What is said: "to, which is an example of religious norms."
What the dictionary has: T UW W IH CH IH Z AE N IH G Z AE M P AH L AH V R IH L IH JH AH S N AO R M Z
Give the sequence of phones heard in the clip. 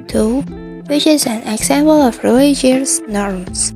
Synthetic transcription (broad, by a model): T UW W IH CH IH Z AE N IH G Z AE M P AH L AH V R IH IH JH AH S N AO R M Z